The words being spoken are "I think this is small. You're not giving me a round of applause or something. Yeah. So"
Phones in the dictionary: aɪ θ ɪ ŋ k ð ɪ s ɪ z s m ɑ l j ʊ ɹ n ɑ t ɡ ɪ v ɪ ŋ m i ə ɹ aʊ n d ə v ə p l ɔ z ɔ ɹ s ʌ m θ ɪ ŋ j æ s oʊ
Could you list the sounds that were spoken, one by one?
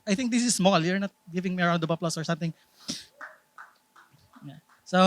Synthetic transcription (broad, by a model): aɪ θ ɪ ŋ k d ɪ s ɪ s m ɑ l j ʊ ɹ n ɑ t ɡ ɪ v ɪ ŋ m i ə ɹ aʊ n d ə b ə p l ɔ s ɔ ɹ s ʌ m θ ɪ ŋ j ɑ s oʊ